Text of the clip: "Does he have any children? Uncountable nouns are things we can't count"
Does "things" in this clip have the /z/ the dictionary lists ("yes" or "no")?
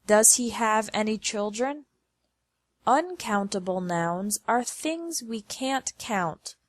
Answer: yes